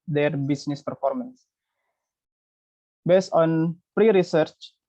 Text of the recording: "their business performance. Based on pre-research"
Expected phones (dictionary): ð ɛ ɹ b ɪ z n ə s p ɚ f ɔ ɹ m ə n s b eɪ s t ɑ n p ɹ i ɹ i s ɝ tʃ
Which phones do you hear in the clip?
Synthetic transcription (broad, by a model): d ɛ ɹ b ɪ s n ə s p ɚ f ɔ ɹ m ə n s b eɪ s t ɑ n p ɹ i ɹ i s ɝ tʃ